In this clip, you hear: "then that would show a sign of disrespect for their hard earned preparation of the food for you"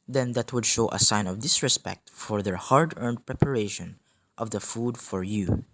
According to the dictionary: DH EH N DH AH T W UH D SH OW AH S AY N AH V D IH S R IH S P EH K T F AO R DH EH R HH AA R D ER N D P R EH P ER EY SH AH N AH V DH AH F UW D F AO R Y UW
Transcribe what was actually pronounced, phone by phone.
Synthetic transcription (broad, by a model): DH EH N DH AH T W UH D SH OW AH S AY N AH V D IH S R IH S P EH K T F AO R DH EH R HH AA R D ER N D P R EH P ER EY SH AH N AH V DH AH F UW D F AO R Y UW